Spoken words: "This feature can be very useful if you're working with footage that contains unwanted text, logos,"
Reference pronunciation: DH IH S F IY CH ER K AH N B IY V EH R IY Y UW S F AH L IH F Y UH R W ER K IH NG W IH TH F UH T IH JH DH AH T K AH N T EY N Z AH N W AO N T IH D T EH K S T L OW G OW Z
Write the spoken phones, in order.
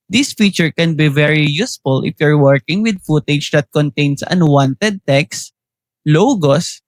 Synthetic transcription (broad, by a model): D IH S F IY CH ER K AH N B IY V EH R IY Y UW S F AH L IH F Y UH R W ER K IH NG W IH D F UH T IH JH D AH T K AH N T EY N S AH N W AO N T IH D T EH K S L OW G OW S